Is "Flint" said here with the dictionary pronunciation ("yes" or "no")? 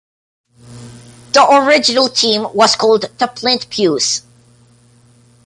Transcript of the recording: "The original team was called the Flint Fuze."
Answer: no